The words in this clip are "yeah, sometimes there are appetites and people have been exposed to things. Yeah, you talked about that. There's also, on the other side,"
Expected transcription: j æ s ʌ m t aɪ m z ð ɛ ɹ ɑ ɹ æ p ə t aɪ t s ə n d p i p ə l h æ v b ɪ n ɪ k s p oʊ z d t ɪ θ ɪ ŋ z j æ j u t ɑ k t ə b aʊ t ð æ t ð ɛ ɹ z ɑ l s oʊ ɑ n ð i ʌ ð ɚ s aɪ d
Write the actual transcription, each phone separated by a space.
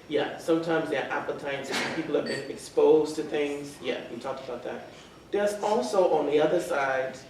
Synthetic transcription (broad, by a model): j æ s ʌ m t aɪ m z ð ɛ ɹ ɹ æ p ə t aɪ t s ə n p i p l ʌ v b ɪ n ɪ k s p oʊ z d t ɪ θ ɪ ŋ z j æ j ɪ t ɑ k t ə b aʊ t ð æ t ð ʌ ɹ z ɑ l s oʊ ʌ n ð i ʌ ð ɚ s aɪ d